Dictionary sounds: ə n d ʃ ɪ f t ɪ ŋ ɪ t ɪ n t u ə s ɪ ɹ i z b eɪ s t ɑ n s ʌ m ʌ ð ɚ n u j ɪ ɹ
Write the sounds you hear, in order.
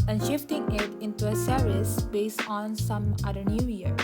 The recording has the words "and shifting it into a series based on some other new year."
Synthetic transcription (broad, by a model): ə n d ʃ ɪ f t ɪ ŋ ɪ t ɪ n t u ə s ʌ ɹ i s b eɪ s t ɑ n s ʌ m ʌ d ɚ n u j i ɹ